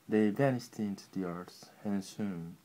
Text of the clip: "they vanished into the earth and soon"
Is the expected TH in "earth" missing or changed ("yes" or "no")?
yes